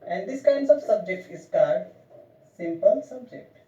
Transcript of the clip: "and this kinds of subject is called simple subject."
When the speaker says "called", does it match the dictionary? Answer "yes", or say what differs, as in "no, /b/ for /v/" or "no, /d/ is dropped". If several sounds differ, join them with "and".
no, /l/ is dropped